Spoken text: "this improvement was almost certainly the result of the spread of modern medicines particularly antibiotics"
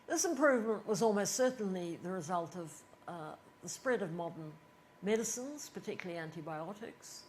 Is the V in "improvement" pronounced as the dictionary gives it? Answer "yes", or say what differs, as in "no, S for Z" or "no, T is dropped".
yes